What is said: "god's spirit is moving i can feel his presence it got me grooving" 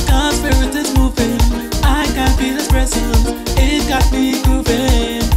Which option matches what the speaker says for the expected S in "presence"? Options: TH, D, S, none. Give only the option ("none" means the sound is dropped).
none